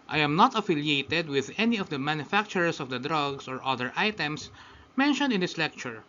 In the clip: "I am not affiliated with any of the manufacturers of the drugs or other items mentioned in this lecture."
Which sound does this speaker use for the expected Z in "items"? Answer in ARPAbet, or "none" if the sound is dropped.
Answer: S